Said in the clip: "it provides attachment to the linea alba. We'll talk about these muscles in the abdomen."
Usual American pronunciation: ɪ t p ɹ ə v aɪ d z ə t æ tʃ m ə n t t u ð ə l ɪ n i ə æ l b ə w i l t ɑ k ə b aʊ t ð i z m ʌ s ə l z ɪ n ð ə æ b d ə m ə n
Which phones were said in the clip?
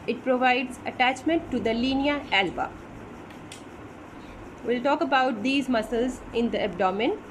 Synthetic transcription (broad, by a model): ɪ t p ɹ ə v aɪ d z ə t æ tʃ m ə n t t u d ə l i n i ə æ l b ə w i l t ɑ k ə b aʊ t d i z m ʌ s ə l z ɪ n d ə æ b d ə m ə n